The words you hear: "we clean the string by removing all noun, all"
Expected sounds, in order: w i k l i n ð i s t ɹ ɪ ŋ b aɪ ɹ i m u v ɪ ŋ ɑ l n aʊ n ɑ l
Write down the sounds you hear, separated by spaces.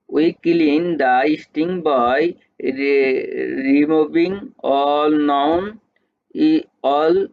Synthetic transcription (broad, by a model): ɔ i k l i n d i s t i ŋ b aɪ ɹ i m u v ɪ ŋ ɑ l n aʊ n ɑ l